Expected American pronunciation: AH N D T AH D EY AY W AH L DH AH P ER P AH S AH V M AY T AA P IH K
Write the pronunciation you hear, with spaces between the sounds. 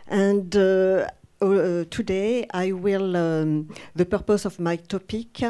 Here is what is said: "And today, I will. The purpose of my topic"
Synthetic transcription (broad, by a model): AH N D T AH D EY AY W AH L DH AH P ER P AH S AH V M AY T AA P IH K